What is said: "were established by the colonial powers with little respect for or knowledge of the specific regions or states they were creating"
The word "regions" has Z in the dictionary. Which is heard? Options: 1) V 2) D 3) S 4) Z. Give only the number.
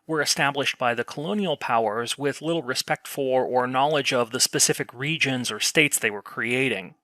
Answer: 4